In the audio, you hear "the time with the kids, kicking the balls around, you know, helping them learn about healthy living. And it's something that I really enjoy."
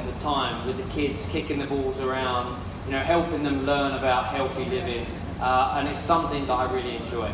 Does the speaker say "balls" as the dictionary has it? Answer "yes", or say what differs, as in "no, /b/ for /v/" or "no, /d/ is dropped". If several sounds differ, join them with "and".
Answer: yes